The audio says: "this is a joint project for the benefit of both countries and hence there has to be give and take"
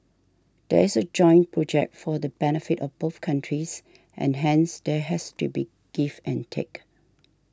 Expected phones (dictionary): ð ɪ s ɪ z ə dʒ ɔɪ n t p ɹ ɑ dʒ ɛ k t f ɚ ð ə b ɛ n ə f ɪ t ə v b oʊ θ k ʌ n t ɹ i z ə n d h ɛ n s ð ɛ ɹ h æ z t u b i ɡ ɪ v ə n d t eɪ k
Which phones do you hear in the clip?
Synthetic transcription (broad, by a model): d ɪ ɪ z ə dʒ ɔɪ n p ɹ ɑ dʒ ɛ k t f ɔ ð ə b ɛ n ə f ɪ t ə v b oʊ θ k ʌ n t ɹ i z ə n h ɛ n s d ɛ h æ s t u b i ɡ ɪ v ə n t eɪ k